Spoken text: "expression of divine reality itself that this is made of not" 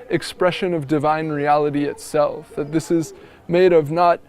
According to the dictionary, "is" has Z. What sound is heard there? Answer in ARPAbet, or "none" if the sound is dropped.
Z